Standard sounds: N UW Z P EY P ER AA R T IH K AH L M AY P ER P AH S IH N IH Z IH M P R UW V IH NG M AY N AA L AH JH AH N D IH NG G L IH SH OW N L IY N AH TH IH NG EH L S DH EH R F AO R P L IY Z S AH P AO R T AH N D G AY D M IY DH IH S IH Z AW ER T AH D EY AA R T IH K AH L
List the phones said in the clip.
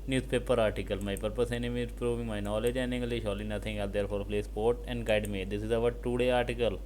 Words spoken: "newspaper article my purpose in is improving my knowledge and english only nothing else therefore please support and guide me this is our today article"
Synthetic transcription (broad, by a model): N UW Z P EY P ER AA R T IH K AH L M AY P ER P AH S IH N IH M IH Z P R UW V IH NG M AY N AA L AH JH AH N IH NG G L IH SH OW L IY N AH T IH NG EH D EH R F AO R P L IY S P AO R T AH N D G AY D M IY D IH S IH Z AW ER T AH D EY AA R T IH K AH L